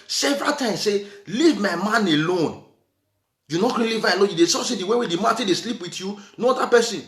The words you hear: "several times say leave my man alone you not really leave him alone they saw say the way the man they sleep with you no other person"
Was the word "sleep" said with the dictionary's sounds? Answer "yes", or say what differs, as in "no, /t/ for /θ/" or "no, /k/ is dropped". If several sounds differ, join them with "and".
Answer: yes